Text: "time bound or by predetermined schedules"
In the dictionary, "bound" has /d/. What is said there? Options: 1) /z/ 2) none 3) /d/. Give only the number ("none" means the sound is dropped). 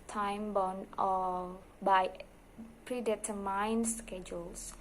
2